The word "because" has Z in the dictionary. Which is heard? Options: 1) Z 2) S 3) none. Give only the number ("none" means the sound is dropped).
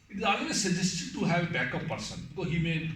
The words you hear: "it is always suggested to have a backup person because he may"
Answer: 3